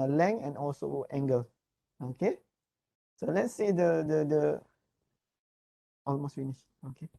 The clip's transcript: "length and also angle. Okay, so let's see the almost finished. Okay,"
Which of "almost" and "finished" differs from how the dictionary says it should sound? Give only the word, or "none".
finished